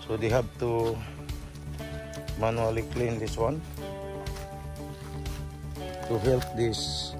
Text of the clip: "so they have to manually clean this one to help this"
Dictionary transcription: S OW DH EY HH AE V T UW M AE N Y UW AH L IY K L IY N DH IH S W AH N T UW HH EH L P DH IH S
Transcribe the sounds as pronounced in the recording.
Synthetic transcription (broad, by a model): S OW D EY HH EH P T UW M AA N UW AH L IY K L IY N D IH S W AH N T UW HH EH L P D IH S